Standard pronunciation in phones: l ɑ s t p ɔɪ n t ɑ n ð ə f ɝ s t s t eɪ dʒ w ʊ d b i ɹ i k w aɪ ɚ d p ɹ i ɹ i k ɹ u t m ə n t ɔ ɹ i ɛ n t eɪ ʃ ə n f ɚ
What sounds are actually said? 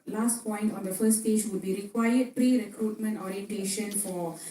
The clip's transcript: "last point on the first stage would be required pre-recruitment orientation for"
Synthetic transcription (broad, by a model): l ɑ s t p ɔɪ n t ɑ n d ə f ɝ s s t eɪ dʒ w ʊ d b i ɹ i k w aɪ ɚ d p ɹ i ɹ i k ɹ u t m ə n t ɔ ɹ i ɛ n t eɪ ʃ ə n f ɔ